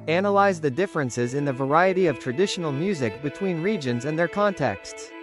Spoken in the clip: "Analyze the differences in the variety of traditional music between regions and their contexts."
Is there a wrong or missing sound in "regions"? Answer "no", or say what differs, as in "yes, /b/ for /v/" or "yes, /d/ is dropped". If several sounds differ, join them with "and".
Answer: no